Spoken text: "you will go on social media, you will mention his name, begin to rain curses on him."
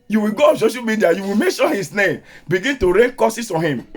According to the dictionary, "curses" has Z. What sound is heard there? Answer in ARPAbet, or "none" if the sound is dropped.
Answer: S